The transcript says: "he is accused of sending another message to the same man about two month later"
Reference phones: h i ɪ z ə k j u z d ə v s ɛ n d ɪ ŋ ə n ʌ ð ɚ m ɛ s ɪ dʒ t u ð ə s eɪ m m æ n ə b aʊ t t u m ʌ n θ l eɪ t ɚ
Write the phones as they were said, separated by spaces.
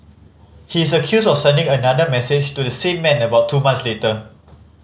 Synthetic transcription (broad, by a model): h i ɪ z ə k j u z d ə f s ɛ n d ɪ ŋ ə n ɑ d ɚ m ɛ s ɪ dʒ t u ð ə s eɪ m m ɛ n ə b aʊ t t u m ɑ n s l eɪ t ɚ